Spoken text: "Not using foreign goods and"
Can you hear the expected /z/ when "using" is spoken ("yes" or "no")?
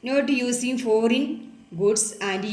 no